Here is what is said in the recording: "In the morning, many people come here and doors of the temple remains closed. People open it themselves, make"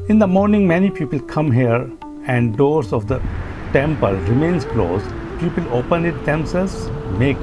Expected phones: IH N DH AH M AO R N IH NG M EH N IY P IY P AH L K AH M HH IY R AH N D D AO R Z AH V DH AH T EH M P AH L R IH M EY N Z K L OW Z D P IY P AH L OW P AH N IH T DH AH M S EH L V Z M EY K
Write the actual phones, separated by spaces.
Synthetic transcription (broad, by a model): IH N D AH M AO R N IH NG M EH N IY P IY P AH L K AH M HH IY R AH N D D AO R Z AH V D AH T EH M P AH L R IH M EY N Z K L OW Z P IY P AH L OW P AH N IH T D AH M S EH L Z M EY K